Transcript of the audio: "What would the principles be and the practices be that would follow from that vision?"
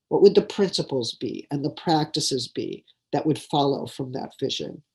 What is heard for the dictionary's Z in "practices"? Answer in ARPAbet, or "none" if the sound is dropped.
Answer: Z